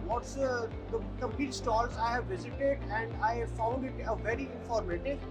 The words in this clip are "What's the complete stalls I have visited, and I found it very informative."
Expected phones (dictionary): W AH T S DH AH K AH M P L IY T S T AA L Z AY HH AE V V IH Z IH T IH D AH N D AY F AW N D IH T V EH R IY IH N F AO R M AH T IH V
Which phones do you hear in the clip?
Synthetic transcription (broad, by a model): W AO T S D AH K AH M P L IY T S T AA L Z AY HH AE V V IH Z IH T IH D AH N D AY F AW L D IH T V EH R IY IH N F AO R M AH T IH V